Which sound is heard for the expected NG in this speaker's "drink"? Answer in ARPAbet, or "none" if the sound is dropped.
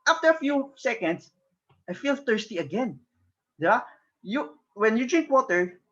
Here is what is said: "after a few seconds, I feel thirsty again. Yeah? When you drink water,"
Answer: NG